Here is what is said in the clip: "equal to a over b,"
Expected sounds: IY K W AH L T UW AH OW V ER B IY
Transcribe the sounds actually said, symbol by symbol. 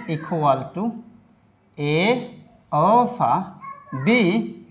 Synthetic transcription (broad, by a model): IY K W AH L T UW AH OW F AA B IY